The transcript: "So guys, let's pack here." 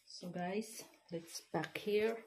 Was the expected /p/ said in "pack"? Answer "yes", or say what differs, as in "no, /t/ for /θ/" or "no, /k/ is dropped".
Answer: no, /b/ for /p/